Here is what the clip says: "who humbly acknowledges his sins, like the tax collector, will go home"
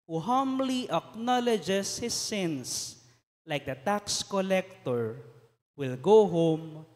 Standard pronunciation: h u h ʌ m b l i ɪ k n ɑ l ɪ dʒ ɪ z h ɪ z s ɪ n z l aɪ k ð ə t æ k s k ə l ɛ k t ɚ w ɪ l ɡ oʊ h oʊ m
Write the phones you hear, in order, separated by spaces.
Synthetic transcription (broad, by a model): h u h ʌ m l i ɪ k n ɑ l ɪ dʒ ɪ s h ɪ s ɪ n s l aɪ k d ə t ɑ k s k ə l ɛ k t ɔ w ɪ l ɡ oʊ h oʊ m